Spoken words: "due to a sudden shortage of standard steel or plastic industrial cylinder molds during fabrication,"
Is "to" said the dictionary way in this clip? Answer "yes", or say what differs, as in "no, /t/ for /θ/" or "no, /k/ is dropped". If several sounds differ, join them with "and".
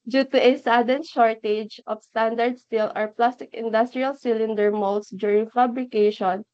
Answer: yes